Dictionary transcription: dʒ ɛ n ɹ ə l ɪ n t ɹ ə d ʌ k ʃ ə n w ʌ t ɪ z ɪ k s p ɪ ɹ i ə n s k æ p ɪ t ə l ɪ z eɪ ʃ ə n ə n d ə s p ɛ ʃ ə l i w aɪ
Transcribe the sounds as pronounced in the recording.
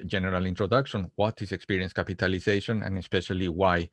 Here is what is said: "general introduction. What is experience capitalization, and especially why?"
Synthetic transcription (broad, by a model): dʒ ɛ n ɹ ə l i n t ɹ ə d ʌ k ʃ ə n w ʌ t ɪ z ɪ k s p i ɹ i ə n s k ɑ p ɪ t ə l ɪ s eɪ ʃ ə n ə n ə s p ɛ ʃ ə l i w aɪ